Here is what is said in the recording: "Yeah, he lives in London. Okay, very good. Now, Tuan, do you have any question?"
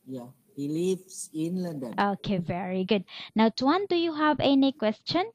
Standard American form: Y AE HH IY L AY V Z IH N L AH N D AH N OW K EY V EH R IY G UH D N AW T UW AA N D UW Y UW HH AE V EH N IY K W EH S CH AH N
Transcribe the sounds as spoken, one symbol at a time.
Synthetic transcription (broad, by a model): Y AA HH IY L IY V S IH N L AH N D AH N OW K EY V EH R IY G UH D N AW T UW AA N D UW Y UW HH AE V EH N IY K W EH S CH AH N